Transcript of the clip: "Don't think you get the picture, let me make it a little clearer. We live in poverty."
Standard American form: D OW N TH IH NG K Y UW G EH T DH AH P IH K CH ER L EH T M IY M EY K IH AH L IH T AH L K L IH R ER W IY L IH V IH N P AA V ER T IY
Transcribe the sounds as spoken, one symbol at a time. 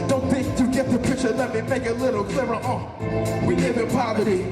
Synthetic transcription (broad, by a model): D OW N TH IH NG K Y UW G EH T DH AH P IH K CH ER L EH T M IY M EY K IH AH L IH T L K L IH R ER W IY N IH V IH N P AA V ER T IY